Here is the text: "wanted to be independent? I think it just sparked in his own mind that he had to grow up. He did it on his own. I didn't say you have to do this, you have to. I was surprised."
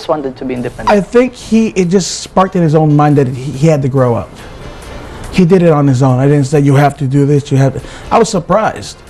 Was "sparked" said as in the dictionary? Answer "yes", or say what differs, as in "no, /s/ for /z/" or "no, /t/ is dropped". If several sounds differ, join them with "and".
yes